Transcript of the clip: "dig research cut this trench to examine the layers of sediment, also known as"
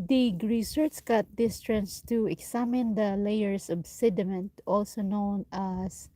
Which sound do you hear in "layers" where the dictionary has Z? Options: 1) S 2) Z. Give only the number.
1